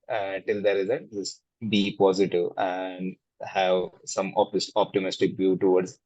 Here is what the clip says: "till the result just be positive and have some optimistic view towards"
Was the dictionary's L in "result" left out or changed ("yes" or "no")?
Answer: yes